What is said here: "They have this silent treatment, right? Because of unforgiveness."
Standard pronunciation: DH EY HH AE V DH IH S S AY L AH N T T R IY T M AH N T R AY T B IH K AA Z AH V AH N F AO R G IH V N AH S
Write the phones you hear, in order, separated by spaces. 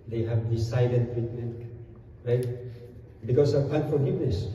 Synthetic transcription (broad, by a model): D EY HH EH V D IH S S AY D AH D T T R IY T M AH N T R AY T B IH K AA S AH P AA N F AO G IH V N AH S